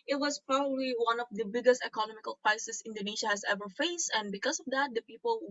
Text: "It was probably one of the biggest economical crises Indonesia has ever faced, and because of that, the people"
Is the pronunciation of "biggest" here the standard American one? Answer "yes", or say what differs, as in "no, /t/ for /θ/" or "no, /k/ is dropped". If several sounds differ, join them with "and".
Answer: yes